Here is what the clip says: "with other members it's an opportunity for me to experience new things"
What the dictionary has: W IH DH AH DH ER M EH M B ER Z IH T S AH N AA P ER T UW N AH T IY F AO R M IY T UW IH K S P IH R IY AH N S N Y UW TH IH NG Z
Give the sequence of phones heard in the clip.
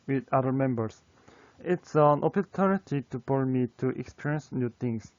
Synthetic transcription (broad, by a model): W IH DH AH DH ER M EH M B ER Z IH T S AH N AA P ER T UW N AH T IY P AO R M IY T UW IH K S P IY R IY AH N S N Y UW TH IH NG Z